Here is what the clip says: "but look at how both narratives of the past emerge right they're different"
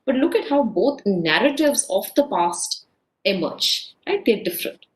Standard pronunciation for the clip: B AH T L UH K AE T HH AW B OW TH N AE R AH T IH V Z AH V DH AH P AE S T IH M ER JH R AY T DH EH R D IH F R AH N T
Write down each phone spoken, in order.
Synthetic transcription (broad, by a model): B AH T L UH K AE T HH AW B OW T N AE R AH T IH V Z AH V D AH P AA S T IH M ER JH R AY T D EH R D IH F R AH N T